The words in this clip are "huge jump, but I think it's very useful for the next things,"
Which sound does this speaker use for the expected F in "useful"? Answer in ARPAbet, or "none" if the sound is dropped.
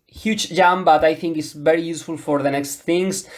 F